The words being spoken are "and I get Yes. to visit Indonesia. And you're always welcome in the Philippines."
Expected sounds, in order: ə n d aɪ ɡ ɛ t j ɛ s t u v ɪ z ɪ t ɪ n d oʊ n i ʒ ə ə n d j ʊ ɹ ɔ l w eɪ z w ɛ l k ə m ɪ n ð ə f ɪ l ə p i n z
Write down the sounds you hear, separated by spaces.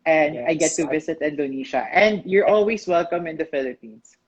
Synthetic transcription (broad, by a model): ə n d aɪ ɡ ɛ ɛ t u v ɪ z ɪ t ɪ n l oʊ n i ʃ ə ə n d j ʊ ɹ ɔ l w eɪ s w ɛ l k ə m ɪ n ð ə f ɪ l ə p i n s